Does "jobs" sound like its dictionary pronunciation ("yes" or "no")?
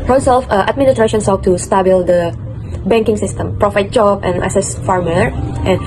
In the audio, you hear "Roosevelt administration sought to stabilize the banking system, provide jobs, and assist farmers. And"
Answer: no